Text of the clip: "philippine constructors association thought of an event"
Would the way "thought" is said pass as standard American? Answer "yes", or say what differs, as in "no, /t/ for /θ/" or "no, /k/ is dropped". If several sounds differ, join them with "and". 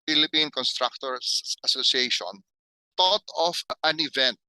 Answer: no, /t/ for /θ/